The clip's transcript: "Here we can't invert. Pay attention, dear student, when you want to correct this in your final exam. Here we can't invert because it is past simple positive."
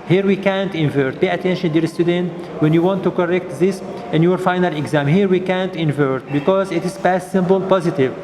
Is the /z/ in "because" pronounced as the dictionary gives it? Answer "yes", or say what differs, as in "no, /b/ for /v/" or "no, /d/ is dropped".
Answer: yes